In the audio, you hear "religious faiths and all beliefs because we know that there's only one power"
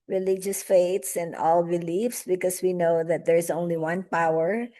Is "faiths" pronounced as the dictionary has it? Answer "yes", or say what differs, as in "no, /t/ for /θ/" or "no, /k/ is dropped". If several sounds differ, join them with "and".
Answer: no, /t/ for /θ/